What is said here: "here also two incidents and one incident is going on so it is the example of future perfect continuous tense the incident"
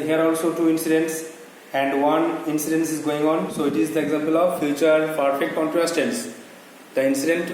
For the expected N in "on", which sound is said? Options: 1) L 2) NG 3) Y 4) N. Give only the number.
4